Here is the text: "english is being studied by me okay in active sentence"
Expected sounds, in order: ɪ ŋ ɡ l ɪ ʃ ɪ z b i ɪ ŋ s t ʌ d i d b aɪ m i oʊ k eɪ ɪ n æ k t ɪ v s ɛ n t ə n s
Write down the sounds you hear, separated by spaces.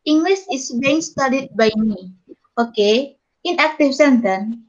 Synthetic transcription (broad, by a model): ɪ ŋ ɡ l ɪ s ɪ s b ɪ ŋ s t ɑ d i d b aɪ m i oʊ k eɪ ɪ n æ k t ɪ f s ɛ n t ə n